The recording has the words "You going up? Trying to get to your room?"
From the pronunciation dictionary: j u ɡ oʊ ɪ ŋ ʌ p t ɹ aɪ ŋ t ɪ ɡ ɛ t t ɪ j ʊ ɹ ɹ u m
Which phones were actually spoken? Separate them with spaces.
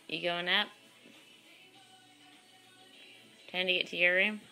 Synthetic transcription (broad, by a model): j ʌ ɡ oʊ ɪ ŋ ʌ p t aɪ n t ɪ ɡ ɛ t t ɪ j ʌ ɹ ɹ u m